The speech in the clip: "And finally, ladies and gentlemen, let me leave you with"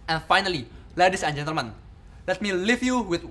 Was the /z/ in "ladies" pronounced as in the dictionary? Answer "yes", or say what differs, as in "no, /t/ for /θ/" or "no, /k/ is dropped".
no, /s/ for /z/